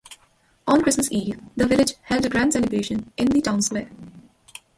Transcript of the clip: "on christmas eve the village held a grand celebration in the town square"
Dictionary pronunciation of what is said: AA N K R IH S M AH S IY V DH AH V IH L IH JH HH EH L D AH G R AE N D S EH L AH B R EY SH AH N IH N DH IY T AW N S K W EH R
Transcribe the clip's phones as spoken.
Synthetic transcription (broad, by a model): AA N K R IH S M AH S IY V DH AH V IH L IH JH HH EH L D AH G R AE N D S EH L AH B EY SH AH N IH N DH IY T AW N S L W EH